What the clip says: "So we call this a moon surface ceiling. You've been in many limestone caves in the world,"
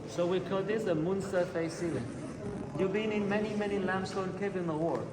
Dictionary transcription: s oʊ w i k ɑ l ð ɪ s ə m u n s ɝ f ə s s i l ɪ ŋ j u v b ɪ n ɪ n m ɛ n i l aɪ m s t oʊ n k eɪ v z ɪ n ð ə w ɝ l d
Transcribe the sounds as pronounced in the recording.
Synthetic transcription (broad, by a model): s oʊ w i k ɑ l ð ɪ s ə m u n s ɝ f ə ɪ s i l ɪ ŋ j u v b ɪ n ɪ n m ɛ n i l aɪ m s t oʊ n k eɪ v ɪ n ð ə w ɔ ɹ